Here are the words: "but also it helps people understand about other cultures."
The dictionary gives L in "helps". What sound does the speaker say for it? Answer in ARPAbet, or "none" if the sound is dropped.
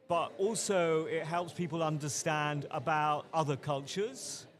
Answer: L